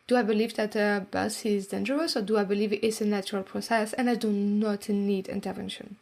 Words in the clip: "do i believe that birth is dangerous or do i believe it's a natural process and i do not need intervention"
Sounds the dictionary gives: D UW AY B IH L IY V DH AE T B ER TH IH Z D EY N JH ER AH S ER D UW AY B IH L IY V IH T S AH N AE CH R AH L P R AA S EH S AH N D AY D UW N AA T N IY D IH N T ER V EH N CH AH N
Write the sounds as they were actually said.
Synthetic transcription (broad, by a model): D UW AY B IH L IY V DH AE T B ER S IH Z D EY N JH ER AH S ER D UW AY B IH L IY V IH T S AH N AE CH R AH L P R AA S EH S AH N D AY D UW N AA T N IY D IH N T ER V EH N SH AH N